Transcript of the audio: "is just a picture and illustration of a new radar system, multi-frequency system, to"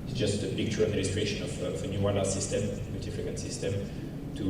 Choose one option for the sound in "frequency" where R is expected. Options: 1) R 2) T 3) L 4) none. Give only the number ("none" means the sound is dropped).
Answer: 4